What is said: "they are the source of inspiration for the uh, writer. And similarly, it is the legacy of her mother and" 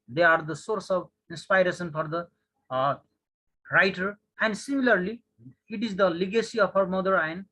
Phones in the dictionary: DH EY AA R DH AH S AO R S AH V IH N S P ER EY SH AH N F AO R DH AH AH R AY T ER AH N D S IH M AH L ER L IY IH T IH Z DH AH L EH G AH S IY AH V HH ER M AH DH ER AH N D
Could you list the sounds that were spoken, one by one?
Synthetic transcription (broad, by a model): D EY AA R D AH S AO R S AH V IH N S P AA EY S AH N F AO R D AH AH R AY T ER AH N D S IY M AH L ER L IY IH T IH Z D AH L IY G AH S IY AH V HH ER M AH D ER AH N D